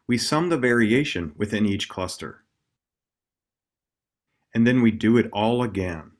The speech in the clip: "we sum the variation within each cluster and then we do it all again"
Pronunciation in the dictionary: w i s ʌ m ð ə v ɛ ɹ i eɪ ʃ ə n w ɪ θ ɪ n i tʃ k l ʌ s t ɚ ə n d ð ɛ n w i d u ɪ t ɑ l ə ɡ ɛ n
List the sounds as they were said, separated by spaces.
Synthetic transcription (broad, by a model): w i s ʌ m ð ə v ɛ ɹ i eɪ ʃ ə n w ɪ θ ɪ n i tʃ k l ʌ s t ɚ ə n ð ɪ n w i d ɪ ɪ t ɑ l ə ɡ ɛ n